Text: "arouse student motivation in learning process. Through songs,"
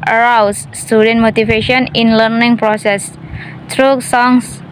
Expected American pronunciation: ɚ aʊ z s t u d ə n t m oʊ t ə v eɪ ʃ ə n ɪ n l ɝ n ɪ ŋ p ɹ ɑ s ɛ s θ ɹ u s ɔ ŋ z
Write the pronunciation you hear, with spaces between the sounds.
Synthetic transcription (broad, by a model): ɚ aʊ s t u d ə n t m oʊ t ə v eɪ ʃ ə n ɪ n l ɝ n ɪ ŋ p ɹ ɑ s ɛ s t ɹ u s ɔ ŋ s